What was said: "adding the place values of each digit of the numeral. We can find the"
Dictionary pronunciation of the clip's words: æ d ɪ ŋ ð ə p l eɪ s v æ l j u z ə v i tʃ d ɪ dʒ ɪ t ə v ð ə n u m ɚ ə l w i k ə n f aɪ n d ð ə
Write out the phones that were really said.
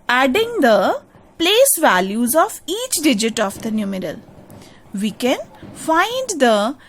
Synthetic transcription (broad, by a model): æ d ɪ ŋ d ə p l eɪ s v æ l j u z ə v i tʃ d ɪ dʒ ɪ t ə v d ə n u m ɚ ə l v i k ə n f aɪ n d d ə